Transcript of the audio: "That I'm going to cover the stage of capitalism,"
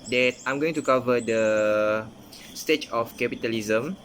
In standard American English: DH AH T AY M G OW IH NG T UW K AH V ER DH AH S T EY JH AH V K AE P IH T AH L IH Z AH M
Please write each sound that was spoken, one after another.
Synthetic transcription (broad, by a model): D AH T AY M G OW IH NG T UW K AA V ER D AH S T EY CH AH F K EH P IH T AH L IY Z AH M